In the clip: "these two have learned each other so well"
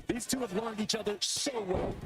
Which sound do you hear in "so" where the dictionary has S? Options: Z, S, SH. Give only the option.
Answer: SH